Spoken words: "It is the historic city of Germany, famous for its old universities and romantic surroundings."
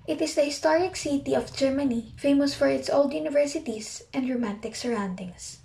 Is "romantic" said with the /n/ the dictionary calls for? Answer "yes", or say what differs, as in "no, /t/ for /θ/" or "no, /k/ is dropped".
yes